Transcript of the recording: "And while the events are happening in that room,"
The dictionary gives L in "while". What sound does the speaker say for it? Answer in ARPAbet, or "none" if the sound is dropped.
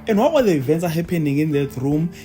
W